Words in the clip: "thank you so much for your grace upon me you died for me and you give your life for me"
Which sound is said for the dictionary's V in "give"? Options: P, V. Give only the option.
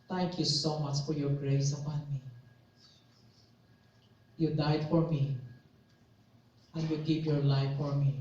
P